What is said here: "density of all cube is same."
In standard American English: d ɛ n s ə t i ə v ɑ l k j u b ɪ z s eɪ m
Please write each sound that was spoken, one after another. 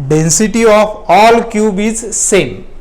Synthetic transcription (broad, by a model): d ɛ n s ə t i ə f ɑ l k j u b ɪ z s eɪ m